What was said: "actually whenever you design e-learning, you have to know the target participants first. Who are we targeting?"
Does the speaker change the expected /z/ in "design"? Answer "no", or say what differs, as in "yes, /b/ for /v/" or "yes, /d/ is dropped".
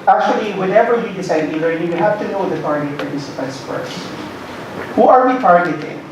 yes, /s/ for /z/